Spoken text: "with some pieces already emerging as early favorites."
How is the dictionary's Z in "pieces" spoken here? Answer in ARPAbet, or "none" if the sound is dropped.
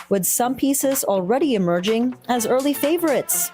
Z